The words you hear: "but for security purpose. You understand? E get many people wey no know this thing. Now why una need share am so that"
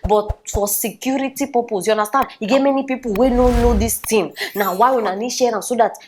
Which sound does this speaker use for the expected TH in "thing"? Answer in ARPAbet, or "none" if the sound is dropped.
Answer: T